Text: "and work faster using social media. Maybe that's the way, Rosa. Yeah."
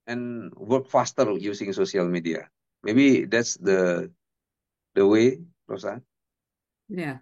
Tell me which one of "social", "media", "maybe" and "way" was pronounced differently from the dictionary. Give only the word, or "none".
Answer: social